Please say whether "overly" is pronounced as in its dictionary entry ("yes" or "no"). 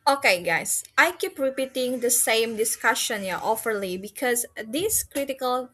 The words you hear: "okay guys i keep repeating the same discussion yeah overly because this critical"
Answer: no